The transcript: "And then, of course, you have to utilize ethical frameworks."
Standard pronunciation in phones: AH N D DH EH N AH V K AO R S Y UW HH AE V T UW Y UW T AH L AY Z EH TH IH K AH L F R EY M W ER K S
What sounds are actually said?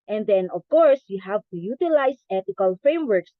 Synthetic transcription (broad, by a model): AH N D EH N AH V K AO R S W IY HH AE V T UW Y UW T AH L AY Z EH T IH K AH L F R EY M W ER K S